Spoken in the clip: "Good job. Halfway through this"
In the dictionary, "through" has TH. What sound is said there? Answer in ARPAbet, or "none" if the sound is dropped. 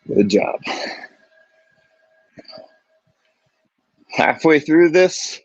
TH